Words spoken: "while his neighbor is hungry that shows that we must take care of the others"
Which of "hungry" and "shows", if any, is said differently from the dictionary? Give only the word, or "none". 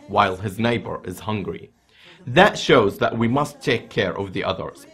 none